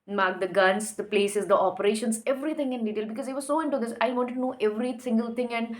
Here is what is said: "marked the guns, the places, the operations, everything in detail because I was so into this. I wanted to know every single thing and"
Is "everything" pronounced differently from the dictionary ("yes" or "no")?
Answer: yes